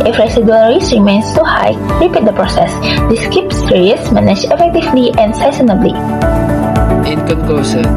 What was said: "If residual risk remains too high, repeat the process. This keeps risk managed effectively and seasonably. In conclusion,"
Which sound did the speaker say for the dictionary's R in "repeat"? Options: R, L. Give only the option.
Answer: R